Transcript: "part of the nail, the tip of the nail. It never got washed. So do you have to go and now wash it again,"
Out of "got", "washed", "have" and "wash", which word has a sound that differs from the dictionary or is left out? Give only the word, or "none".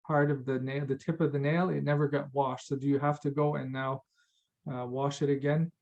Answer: have